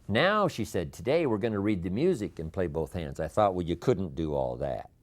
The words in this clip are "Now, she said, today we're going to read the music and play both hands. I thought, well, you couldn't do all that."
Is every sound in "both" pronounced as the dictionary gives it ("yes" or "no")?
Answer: yes